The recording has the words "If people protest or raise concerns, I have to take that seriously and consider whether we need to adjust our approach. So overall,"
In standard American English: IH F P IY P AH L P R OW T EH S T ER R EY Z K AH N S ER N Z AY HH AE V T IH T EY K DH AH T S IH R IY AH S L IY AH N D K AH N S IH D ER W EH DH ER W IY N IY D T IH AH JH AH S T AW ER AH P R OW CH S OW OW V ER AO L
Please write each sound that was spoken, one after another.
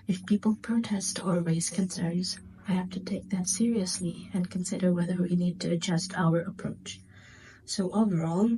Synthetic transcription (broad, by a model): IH F P IY P L P R OW T EH S T ER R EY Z K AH N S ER Z AY HH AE F T IH T EY K DH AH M S IH R IY AH S L IY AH N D K AH N S IH D ER W EH DH ER W IY N IY D T IH AH JH AH S T AW ER AH P R OW CH S OW OW V ER AO L